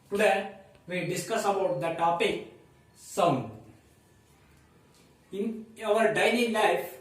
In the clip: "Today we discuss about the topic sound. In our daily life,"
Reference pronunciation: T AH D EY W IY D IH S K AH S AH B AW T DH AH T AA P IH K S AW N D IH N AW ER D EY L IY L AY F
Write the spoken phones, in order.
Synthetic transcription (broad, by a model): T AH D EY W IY D IH S K AH S AH B AW T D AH T AA P IH K S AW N IH N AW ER D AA N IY L AY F